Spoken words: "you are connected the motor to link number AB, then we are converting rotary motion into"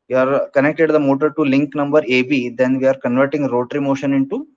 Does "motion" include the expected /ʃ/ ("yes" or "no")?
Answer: yes